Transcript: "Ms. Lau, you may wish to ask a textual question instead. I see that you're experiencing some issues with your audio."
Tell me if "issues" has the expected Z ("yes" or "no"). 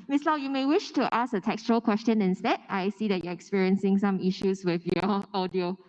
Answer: no